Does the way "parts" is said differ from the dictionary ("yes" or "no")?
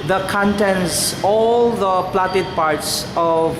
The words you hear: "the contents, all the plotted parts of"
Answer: no